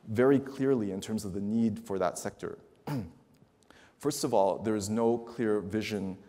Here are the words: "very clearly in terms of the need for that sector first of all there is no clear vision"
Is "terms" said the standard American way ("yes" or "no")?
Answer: yes